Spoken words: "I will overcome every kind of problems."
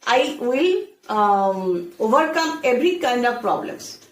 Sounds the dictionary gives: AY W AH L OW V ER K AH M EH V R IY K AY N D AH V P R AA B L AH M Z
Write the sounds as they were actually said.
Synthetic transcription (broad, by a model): AY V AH L OW V ER K AH M EH V R IY K AY N D AH V P R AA B L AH M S